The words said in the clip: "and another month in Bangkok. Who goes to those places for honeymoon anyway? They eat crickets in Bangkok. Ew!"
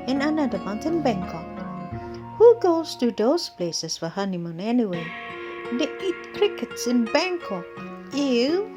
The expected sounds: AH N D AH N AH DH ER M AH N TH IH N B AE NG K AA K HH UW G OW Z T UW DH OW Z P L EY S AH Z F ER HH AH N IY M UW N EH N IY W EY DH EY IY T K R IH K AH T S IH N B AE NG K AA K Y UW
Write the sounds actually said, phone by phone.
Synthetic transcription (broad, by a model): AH N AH N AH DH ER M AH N T IH N B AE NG K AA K HH UW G OW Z T UW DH OW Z P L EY S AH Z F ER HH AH N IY M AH N EH N IY W EY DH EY IY T K R IH K AH T S IH N B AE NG K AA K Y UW